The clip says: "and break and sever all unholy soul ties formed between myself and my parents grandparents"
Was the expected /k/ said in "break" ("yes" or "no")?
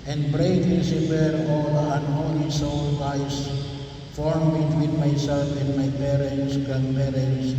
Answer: no